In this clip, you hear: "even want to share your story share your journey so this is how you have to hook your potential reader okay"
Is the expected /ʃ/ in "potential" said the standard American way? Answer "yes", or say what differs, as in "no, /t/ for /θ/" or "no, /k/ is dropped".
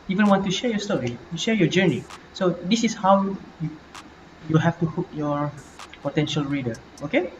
yes